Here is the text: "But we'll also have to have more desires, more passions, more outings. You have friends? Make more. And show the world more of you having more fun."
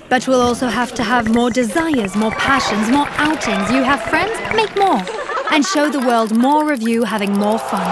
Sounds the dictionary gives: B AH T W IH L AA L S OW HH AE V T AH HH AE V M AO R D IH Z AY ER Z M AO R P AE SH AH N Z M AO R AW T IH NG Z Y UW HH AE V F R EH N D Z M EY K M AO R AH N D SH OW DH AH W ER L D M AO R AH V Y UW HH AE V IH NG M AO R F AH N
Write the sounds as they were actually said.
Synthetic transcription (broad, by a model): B AH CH W IH L AA L S OW HH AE F T AH V M AO R D IH Z AY ER Z M AO R P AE SH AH N Z M AO R AW T IH NG Z Y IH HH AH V F R EH N D Z M EY K M AO R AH N SH OW DH AH W ER L D M AO R AH V Y UW HH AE V IH NG M AO R F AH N